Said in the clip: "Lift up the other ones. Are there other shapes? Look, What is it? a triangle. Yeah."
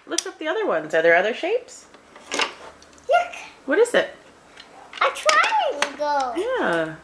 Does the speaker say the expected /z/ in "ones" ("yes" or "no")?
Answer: yes